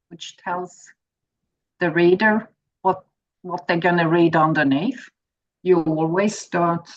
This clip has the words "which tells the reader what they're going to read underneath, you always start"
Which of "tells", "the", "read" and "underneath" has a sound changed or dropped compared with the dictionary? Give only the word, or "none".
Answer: underneath